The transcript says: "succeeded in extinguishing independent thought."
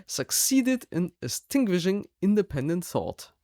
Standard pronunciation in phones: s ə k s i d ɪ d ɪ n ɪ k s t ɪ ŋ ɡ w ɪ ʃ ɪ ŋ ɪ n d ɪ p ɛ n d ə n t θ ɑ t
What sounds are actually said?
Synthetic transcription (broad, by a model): s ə k s i d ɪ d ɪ n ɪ s t ɪ ŋ ɡ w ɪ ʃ ɪ ŋ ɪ n d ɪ p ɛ n d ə n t θ ɑ t